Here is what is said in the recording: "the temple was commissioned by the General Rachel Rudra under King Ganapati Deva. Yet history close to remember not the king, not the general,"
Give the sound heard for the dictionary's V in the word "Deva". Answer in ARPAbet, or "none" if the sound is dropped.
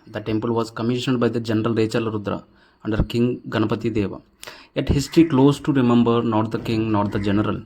V